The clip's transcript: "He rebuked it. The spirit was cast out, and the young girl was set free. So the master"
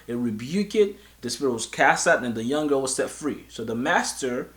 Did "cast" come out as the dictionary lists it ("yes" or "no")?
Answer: yes